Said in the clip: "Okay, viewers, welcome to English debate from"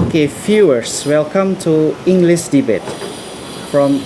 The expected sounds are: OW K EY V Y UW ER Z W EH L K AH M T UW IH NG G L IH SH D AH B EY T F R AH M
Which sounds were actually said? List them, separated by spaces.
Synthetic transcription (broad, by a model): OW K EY F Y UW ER S W EH L K AH M T UW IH NG G L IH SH D AH B EY T F R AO M